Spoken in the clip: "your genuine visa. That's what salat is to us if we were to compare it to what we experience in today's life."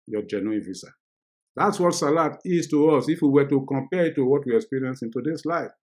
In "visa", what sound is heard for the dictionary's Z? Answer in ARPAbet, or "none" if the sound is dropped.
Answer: S